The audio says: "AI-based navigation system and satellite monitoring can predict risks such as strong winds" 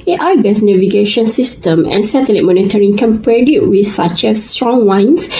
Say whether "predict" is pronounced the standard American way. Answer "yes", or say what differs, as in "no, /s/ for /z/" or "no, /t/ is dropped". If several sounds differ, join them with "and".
no, /k/ is dropped